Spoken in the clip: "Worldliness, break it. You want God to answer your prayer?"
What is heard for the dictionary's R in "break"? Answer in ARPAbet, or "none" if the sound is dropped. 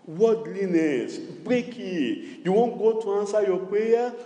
R